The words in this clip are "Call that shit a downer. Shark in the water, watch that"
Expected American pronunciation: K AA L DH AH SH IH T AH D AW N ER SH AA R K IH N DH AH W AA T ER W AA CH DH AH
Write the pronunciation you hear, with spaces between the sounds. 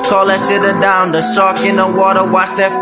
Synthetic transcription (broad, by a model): K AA L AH S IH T AH D AW N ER S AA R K IH N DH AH W AA T ER W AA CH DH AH